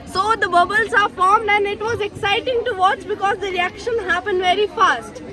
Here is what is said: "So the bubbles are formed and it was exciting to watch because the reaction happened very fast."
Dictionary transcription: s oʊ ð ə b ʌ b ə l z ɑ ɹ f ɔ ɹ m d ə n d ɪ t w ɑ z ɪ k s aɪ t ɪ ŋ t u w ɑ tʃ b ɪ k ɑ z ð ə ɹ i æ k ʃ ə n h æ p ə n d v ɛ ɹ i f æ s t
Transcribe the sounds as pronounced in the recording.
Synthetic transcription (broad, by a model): s oʊ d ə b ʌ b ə l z ɑ ɹ f ɔ ɹ m d ə n d ɪ t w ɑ z ɪ k s aɪ t ɪ ŋ t u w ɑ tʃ b ɪ k ɑ z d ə ɹ i æ k ʃ ə n h æ p ə n d v ɛ ɹ i f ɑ s t